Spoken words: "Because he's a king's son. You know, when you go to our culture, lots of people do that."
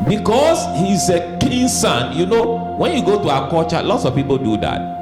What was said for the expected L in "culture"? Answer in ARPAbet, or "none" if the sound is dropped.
none